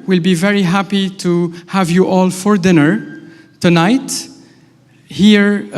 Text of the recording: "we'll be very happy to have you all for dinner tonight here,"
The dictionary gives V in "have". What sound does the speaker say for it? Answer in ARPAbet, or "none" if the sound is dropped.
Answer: V